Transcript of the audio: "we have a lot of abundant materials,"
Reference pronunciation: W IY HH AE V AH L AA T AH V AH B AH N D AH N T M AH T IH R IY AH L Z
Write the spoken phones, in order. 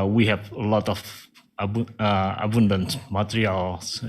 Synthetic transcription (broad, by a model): W IY HH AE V AH L AA T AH B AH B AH N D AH N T M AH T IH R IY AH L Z